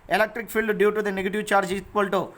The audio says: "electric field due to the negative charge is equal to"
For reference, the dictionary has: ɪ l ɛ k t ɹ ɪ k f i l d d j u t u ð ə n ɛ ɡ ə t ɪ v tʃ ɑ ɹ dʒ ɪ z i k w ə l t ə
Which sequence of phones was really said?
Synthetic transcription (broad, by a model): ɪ l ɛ k t ɹ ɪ k p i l d d j u t u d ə n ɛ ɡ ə t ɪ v tʃ ɑ ɹ dʒ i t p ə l t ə